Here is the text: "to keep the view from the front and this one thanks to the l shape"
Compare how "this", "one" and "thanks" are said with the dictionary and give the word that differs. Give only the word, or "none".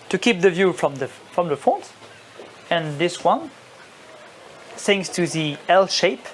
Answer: thanks